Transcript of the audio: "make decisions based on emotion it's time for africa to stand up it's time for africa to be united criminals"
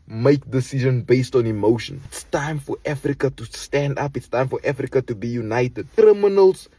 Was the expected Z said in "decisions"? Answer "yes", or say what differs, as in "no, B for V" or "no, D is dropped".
no, Z is dropped